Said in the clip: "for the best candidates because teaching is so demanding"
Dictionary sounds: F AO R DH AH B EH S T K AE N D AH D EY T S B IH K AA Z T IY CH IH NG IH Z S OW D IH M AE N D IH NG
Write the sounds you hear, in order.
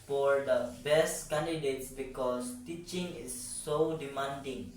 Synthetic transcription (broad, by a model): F AO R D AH B EH S T K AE N D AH D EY T S B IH K AA S T IY CH IH NG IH S OW D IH M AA N D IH NG